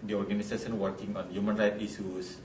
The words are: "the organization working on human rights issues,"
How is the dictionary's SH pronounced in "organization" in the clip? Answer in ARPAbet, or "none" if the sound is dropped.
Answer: S